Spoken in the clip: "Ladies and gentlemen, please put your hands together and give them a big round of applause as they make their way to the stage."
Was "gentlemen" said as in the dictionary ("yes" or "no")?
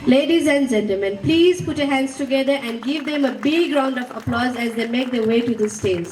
no